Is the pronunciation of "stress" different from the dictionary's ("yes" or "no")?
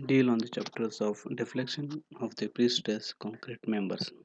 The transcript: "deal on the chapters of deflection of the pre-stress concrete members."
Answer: yes